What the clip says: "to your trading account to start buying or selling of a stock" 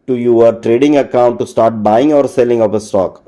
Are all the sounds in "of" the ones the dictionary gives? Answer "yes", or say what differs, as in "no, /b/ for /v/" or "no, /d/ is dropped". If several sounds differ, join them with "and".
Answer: no, /p/ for /v/